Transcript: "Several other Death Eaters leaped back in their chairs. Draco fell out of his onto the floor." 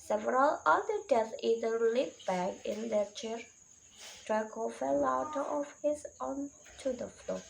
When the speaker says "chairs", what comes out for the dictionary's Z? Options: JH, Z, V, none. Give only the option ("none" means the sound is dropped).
none